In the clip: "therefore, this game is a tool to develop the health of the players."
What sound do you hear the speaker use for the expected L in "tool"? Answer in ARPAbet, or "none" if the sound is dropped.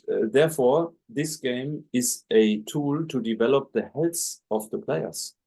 L